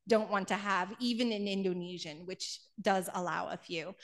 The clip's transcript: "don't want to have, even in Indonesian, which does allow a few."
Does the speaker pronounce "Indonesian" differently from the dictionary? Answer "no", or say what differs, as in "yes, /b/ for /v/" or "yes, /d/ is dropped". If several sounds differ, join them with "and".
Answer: no